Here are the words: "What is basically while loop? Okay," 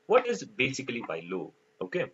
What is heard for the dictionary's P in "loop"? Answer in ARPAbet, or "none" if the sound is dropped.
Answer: none